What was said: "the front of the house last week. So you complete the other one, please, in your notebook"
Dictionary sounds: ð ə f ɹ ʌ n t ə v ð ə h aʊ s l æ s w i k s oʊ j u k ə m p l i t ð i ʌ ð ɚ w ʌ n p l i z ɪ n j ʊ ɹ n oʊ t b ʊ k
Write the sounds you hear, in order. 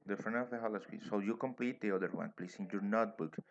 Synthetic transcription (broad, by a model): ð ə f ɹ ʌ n ə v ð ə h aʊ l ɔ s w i s oʊ j u k ə m p l i t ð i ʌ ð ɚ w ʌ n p l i s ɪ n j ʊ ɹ n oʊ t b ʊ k